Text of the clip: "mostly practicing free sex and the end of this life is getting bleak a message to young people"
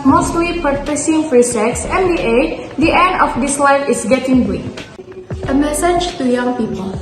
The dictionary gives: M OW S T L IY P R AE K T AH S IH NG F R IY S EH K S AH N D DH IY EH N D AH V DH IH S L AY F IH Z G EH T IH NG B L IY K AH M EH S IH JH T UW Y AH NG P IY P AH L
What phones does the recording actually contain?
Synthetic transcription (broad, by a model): M OW S T L IY P AH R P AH S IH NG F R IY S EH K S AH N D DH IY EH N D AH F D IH S L AY F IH S G EH T IH NG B IY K AH M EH S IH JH T UW Y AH NG P IY P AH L